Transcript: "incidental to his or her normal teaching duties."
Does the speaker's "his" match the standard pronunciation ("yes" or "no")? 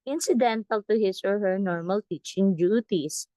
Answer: no